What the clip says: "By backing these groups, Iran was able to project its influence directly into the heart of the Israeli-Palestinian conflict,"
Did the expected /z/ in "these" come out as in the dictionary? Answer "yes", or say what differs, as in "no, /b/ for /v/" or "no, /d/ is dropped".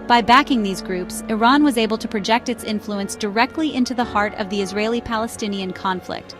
yes